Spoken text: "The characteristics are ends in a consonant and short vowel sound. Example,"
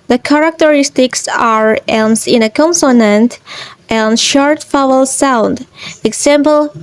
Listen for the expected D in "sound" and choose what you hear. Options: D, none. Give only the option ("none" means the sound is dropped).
D